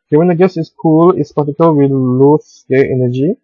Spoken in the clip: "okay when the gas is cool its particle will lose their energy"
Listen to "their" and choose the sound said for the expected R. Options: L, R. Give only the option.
L